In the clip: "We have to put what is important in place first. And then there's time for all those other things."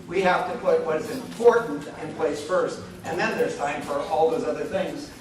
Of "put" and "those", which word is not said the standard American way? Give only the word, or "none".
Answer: none